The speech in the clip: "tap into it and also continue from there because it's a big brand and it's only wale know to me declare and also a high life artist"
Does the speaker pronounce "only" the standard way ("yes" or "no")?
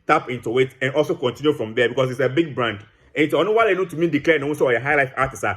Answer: no